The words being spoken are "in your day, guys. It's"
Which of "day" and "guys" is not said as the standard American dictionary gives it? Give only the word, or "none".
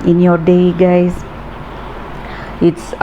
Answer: guys